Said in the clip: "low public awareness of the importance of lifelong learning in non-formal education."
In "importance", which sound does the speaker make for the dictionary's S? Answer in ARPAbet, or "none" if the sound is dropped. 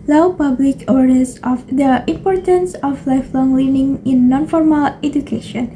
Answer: S